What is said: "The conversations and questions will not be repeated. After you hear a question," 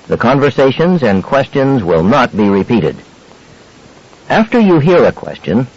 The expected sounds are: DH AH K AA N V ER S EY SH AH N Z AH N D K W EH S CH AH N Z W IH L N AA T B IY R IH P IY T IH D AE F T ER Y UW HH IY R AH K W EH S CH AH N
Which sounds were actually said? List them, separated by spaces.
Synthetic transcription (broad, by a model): DH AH K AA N V ER S EY SH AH N Z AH N K W EH S CH AH N Z W IH L N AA T B IY R IH P IY T IH D AE F T ER Y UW HH IY R AH K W EH S CH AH N